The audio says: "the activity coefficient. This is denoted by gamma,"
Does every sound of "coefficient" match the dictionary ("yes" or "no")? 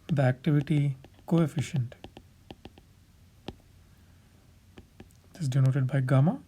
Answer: yes